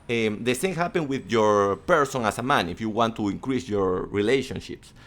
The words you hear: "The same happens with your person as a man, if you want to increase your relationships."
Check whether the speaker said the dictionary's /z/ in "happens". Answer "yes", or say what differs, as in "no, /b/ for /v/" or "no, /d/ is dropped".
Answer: no, /z/ is dropped